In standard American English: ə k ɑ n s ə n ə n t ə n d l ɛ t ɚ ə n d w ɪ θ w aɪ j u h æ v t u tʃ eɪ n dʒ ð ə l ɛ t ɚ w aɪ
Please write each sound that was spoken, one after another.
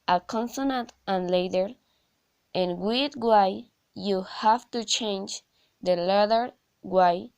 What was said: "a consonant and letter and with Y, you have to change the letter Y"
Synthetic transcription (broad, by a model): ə k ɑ n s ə n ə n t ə n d l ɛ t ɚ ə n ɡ w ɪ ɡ w aɪ j u h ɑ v t u tʃ eɪ n dʒ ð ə l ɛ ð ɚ w aɪ